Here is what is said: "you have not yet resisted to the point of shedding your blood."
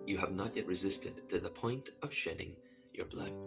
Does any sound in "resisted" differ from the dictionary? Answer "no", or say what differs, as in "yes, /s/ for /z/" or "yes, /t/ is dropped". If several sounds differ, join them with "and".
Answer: no